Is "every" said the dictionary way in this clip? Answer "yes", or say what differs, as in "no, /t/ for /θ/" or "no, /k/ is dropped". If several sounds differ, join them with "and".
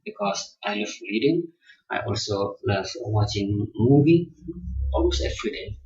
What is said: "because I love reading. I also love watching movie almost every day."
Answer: no, /f/ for /v/